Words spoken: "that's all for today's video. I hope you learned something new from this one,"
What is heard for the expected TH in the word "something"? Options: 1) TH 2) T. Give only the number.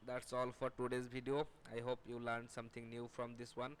2